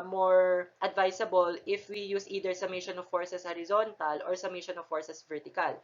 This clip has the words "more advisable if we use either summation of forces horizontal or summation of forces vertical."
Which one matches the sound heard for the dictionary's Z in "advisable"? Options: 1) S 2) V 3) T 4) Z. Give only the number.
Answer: 1